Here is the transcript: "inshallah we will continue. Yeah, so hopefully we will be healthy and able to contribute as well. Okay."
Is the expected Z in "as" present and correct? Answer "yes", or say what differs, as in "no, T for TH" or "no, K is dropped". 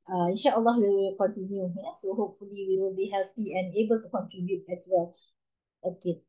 no, S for Z